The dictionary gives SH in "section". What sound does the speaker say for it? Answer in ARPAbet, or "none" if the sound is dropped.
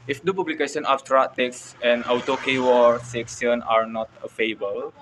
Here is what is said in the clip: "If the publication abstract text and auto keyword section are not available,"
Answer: S